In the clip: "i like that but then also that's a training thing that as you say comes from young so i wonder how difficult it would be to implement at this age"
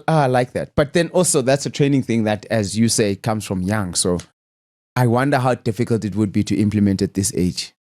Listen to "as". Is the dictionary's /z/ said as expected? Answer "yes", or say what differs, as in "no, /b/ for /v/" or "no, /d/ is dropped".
yes